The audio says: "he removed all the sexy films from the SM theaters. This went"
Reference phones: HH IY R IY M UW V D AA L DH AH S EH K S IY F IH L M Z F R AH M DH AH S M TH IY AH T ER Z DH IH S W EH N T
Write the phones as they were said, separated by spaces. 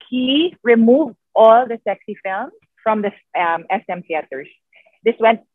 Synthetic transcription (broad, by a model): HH IY R IY M UW V D AA L DH AH S EH K S IY F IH L M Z F R AH M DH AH S M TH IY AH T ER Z DH IH S W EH N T